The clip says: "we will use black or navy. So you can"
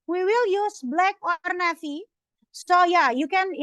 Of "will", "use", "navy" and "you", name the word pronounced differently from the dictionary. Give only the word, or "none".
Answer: navy